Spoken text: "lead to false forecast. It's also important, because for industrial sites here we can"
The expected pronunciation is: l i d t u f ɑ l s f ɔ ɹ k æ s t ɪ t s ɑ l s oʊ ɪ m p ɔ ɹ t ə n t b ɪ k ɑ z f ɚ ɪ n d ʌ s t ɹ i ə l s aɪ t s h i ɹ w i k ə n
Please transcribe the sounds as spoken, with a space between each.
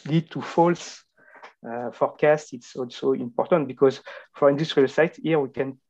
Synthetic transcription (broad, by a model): l i d t u f ɑ l s f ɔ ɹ k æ s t ɪ t s ɑ l s oʊ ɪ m p ɔ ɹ t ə n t b ɪ k ɑ z f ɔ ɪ n d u s t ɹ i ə l s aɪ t h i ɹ w i k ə n